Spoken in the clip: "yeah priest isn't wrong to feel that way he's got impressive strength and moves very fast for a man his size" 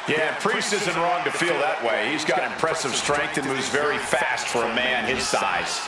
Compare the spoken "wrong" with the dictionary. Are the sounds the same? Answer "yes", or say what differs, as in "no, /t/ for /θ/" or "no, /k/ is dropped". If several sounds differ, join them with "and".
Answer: yes